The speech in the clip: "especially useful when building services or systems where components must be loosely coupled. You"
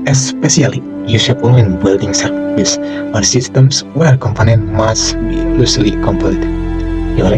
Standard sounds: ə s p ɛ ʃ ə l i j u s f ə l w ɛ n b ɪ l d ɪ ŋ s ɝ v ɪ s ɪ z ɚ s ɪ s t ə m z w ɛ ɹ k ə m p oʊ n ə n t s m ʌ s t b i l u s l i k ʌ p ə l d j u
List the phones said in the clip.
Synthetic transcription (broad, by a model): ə s p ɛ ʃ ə l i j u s ə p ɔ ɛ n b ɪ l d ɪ ŋ s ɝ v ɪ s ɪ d s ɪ s t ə m s w ɛ ɹ k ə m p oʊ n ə n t m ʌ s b i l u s l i k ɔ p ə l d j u